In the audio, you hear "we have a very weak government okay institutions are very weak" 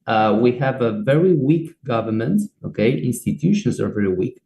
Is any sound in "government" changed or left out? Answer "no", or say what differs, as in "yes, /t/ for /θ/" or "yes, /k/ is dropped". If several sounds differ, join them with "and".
no